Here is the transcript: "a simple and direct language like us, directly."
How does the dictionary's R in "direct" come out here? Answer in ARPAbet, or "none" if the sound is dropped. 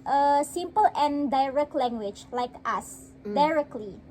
R